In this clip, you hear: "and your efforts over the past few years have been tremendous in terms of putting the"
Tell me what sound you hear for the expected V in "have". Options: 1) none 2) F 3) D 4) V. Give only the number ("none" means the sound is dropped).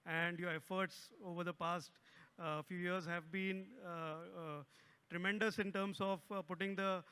4